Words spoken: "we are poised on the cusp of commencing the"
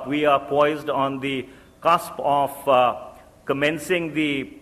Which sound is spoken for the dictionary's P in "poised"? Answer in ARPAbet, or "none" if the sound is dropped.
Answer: P